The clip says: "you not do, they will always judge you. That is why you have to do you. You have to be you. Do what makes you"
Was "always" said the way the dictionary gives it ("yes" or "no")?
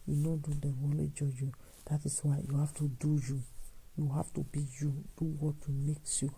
no